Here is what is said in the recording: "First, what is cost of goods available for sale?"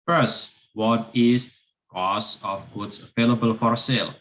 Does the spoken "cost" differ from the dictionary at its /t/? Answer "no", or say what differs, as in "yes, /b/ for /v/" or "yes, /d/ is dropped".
yes, /t/ is dropped